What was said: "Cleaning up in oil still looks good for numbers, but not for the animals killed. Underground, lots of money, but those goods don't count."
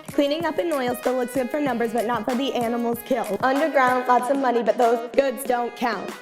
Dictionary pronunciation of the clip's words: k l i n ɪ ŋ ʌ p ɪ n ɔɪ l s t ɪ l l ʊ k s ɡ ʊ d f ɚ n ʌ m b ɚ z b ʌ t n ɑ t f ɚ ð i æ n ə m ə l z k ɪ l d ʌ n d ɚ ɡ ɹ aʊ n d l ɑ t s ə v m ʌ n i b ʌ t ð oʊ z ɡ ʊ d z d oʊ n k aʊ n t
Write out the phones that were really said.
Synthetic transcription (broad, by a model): k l i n ɪ ŋ ʌ p ɪ n ɔɪ l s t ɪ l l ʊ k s ɡ ʊ d f ɚ n ʌ m b ɚ z b ʌ t n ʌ t f ɚ ð i æ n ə m l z k ɪ l d ʌ n d ɚ ɡ ɹ aʊ n d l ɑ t s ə m ʌ n i b ʌ t ð oʊ z ɡ ʊ d z d oʊ n k aʊ n t